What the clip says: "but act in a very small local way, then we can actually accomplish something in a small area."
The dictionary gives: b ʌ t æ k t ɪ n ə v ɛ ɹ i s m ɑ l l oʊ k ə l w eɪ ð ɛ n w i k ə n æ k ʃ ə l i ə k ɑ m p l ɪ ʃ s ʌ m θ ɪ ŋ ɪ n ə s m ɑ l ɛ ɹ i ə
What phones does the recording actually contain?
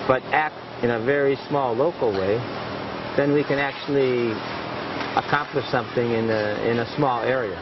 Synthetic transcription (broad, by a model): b ʌ t æ k t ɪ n ə v ɛ ɹ i s m ɑ l l oʊ k l w eɪ ð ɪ n w i k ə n æ k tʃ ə l i ə k ɑ m p l ɪ ʃ s ʌ m θ ɪ ŋ ɪ n ə s m ɑ l ɛ ɹ i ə